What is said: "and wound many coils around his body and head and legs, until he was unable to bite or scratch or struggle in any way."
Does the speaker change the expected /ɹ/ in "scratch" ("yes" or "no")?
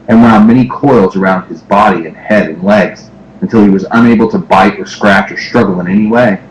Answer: no